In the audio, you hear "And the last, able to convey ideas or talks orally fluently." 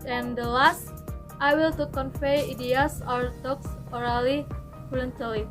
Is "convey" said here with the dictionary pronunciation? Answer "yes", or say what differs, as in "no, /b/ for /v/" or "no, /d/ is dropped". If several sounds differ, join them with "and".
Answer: no, /f/ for /v/